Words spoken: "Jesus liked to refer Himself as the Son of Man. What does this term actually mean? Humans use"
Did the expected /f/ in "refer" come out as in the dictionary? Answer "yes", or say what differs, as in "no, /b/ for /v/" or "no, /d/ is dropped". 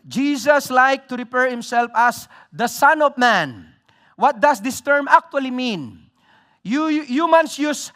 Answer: no, /p/ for /f/